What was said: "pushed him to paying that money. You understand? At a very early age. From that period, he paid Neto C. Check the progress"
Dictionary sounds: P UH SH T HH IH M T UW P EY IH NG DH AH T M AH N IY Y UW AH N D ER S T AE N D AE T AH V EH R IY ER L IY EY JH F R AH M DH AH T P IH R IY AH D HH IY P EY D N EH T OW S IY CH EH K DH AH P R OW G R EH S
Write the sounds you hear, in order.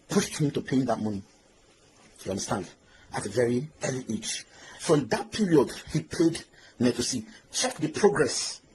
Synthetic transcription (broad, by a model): P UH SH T HH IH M T UW P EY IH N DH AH T M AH N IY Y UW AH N D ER S T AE N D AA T AH V EH R IY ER L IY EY CH F R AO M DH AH T P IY R IY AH D HH IY P EY D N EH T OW S IY CH EH K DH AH P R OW G R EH S